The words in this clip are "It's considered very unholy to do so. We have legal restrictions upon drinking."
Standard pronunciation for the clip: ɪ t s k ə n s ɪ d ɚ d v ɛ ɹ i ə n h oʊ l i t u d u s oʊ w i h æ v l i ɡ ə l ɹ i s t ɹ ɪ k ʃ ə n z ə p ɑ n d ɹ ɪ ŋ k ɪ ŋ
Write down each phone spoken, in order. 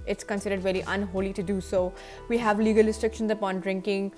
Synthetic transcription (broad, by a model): ɪ t s k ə n s ɪ d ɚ d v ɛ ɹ i ə n h oʊ l i t u d u s oʊ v i h æ v l i ɡ ə l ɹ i s t ɹ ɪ k ʃ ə n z ə p ɑ n d ɹ ɪ ŋ k ɪ ŋ